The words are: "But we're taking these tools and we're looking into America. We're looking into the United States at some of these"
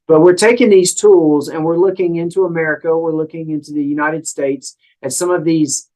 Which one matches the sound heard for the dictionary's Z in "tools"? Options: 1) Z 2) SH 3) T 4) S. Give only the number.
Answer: 1